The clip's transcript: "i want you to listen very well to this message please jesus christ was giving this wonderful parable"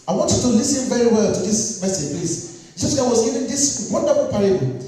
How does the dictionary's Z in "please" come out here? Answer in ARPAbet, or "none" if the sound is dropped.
S